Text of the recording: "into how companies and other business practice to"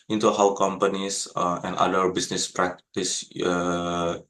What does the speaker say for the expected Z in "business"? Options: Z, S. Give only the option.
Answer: S